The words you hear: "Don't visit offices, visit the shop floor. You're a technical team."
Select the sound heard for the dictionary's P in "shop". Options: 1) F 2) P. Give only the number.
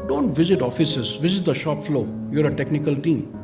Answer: 2